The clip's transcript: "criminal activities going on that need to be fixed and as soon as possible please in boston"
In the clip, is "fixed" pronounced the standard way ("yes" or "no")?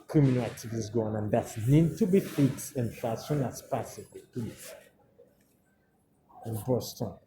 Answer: no